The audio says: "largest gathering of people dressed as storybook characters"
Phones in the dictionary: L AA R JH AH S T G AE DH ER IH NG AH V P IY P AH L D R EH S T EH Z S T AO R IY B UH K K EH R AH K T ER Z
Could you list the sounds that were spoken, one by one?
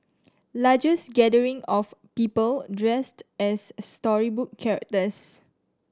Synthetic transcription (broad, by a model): L AA JH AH S G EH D ER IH NG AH F P IY P AH L D R EH S T EH S T AO R IY B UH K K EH R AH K T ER S